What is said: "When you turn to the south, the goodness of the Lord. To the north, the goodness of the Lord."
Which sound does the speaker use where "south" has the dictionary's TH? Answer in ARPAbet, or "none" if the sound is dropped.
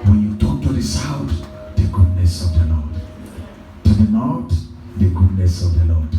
T